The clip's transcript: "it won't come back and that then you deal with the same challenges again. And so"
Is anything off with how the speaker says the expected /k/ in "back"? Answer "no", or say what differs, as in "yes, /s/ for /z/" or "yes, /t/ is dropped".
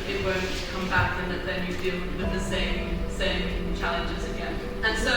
no